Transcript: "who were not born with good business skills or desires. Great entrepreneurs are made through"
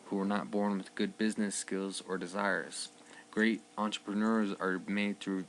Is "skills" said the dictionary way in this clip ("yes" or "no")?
yes